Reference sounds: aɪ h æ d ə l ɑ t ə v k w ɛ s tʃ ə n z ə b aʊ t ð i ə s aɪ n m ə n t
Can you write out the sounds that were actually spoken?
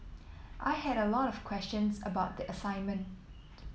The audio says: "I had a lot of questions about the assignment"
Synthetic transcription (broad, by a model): aɪ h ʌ d ə l ɑ t ə v k w ɛ s tʃ ə n z ə b aʊ t ð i ə s aɪ n m ə n t